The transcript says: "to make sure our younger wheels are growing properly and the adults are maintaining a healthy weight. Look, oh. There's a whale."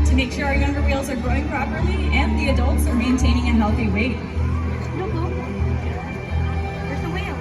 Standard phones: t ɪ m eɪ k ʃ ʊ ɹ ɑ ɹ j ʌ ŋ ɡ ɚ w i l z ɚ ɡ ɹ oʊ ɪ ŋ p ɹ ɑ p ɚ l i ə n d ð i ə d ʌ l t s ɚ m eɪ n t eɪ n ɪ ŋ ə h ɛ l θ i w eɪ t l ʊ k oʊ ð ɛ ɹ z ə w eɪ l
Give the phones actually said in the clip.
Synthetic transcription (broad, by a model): t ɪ m eɪ k ʃ ʊ ɹ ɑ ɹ j ʌ ŋ ɡ ɚ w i l z ɚ ɡ ɹ oʊ ɪ ŋ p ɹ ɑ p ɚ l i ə n ð i ə d ʌ l t s ɚ m eɪ n t eɪ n ɪ ŋ ə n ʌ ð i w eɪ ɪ oʊ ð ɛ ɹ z ə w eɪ